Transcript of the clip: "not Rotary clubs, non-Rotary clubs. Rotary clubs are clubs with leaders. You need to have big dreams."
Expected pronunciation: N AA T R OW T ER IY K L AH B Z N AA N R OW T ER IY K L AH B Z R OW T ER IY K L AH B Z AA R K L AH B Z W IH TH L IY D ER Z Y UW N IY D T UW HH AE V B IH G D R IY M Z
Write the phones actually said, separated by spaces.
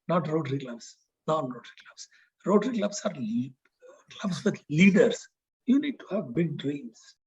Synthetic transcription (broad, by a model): N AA T R OW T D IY K L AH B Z N AA N R OW T ER IY K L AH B S R OW T ER IY K L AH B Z AA R K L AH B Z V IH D L IY D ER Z Y UW N IY D T UW HH AE V B IH G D R IY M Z